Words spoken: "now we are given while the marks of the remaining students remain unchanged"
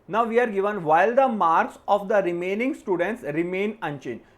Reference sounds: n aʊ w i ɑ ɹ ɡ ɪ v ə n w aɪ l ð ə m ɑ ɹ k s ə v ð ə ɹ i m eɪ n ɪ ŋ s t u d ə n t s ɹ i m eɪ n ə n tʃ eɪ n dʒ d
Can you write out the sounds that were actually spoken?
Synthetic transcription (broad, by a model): n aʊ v i ɑ ɹ ɡ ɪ v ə n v aɪ l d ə m ɑ ɹ k s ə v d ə ɹ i m eɪ n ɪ ŋ s t u d ə n t s ɹ i m eɪ n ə n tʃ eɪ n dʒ